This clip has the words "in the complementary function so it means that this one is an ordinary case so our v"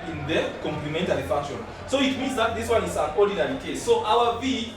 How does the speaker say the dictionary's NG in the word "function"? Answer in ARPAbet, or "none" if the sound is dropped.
none